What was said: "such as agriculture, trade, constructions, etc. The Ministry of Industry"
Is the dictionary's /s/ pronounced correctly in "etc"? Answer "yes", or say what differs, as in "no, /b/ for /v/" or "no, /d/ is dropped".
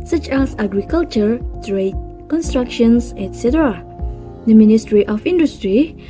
yes